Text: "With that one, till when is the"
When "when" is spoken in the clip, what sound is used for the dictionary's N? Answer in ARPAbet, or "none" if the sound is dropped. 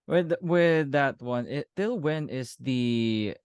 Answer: N